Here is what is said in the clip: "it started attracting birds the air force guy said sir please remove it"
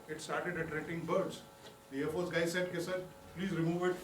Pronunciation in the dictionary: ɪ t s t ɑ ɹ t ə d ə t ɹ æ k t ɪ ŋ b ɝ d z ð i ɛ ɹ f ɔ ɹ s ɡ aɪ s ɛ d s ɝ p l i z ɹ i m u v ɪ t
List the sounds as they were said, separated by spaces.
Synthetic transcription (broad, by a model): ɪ t s t ɑ ɹ t ə d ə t ɹ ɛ t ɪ ŋ b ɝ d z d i ɛ ɹ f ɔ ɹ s ɡ aɪ s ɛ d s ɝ p l i z ɹ i m u v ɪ t